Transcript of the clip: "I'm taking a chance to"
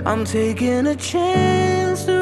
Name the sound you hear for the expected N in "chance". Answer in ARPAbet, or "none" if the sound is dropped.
N